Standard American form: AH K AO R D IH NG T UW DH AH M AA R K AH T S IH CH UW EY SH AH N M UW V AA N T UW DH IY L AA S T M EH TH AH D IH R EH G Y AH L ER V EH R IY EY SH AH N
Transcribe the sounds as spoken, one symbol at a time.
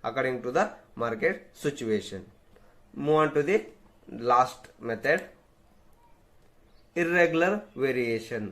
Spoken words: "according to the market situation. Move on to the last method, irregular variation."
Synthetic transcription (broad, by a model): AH K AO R D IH NG T UW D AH M AA R K AH T S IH CH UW EY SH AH N M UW AA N T UW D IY L AA S T M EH T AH D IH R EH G Y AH L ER V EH R IY EY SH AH N